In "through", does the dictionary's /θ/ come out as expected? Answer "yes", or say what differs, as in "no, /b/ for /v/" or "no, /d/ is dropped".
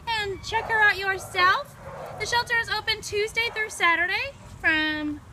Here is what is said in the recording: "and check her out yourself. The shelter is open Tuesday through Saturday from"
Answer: yes